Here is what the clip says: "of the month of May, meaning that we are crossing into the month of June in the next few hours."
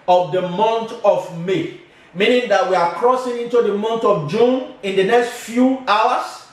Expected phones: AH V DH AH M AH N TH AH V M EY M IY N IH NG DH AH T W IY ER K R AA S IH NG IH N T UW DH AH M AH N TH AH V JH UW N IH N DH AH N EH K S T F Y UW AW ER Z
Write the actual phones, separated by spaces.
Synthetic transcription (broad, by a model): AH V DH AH M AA N T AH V M EY M IY N IH NG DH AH T W IY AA K R AA S IH NG IH N T UW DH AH M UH N T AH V JH UW N IH N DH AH N EH K S T F Y UW AW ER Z